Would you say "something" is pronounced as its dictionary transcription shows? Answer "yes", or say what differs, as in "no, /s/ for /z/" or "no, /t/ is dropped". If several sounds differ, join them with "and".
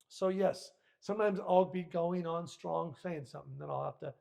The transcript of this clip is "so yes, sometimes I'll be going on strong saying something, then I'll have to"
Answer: yes